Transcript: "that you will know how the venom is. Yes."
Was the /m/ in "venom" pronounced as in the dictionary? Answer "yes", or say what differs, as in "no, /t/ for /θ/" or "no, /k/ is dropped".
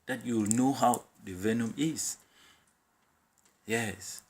yes